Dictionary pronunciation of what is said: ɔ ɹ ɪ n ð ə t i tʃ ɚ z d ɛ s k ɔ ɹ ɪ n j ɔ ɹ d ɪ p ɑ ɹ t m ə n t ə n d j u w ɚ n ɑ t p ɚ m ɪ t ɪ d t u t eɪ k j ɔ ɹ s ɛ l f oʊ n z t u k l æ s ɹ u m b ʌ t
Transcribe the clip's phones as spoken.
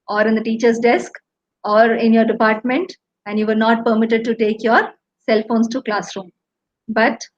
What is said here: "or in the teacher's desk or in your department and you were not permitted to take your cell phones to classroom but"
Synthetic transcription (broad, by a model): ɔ ɹ ɪ n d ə t i tʃ ɚ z d ɛ s k ɔ ɹ ɪ n j ɔ ɹ d ɪ p ɑ ɹ t m ə n t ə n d j u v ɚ n ɑ t p ɚ m ɪ t ɪ d t u t eɪ k j ɔ ɹ s ɛ l f oʊ n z t u k l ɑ s ɹ u m b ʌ t